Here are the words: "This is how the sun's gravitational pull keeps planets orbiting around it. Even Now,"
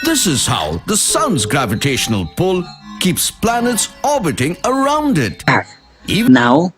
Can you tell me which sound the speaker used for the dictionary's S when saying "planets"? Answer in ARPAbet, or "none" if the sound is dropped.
S